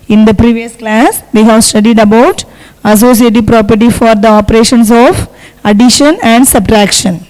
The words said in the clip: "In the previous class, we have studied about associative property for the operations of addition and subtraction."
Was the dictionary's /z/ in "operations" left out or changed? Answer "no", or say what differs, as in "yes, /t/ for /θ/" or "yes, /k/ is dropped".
yes, /s/ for /z/